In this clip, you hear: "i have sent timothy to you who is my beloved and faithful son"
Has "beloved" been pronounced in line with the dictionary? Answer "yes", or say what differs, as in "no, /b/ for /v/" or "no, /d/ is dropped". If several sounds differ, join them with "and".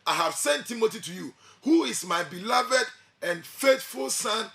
yes